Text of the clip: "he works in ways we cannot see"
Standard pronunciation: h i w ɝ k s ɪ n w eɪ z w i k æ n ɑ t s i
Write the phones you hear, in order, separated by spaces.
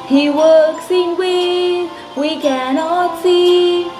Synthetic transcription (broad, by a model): h i w ɝ k s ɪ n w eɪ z w i k æ n ɑ t s i